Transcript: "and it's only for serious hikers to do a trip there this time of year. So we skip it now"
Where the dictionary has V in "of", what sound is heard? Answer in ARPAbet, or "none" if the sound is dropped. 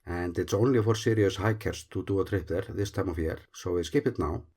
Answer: F